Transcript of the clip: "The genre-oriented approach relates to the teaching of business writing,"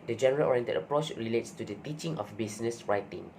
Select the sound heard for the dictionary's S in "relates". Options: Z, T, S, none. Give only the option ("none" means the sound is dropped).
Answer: S